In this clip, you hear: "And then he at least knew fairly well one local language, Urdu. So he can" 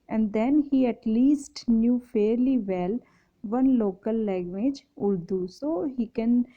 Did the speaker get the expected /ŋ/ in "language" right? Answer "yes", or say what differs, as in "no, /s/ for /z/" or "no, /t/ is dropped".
no, /ŋ/ is dropped